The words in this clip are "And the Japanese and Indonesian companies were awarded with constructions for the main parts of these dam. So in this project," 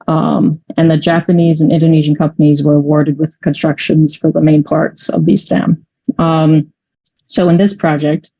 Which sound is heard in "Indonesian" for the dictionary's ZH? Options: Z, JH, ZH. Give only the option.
ZH